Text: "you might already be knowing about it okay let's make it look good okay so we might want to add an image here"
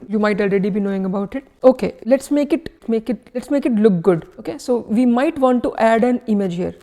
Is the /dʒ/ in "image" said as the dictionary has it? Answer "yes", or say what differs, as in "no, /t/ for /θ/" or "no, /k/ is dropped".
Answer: yes